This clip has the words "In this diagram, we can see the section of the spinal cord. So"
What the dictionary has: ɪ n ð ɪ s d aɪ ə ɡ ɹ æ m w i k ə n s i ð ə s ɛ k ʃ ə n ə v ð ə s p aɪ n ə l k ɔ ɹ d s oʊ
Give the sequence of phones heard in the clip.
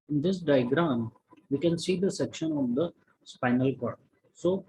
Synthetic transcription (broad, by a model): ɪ n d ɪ s d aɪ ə ɡ ɹ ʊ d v i k ə n s i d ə s ɛ k ʃ ə n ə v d ə s p aɪ n ə l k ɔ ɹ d s oʊ